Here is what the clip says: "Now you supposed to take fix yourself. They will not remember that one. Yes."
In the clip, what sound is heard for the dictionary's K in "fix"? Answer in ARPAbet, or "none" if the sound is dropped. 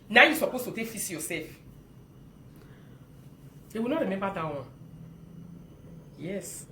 none